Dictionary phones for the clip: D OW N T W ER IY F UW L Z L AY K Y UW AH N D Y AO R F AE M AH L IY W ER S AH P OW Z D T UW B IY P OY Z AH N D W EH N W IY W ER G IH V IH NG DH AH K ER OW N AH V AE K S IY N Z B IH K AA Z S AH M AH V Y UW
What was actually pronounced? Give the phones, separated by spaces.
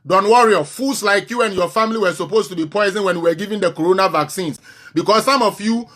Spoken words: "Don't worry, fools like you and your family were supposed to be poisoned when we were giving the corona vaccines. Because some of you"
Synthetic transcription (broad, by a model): D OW N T W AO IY F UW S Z L AY K Y UW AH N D Y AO F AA M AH L IY W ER S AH P OW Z T UW B IY P OY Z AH N W EH N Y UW W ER G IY V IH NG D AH K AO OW N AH V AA K S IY N S B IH K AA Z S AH M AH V Y UW